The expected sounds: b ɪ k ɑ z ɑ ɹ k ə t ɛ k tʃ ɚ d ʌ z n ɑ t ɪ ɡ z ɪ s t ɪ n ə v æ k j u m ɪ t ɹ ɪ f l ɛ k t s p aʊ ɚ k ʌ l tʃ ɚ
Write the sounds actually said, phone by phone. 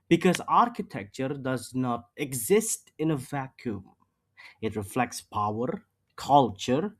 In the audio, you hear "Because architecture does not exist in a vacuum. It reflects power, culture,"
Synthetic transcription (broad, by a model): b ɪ k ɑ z ɑ ɹ k ə t ɛ k tʃ ɚ d ʌ z n ɑ t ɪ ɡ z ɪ s t ɪ n ə v æ k j u m ɪ t ɹ ɪ f l ɛ k t s p aʊ ɚ k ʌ l tʃ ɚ